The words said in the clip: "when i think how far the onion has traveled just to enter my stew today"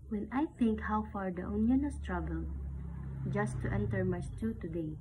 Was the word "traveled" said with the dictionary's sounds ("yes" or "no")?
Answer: no